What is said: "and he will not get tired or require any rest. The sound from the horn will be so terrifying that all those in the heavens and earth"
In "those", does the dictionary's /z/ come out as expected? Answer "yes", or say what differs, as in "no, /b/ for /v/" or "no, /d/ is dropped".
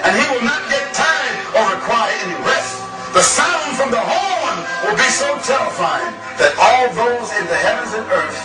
yes